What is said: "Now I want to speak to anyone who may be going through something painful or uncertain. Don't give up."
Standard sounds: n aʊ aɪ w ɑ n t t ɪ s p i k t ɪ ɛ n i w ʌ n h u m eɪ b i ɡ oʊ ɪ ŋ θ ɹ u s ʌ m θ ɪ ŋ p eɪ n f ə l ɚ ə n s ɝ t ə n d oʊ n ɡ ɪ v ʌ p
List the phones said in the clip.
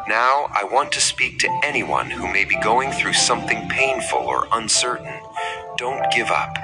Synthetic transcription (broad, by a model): n aʊ aɪ w ɑ n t t ɪ s p i k t ɪ ɛ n i w ʌ n h u m eɪ b i ɡ oʊ ɪ ŋ θ ɹ u s ʌ m θ ɪ ŋ p eɪ n f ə l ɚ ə n s ɝ t n d oʊ n ɡ ɪ v ʌ p